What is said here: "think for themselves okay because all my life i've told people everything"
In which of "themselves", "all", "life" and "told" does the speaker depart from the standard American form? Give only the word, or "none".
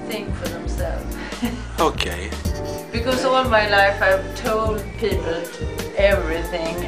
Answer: themselves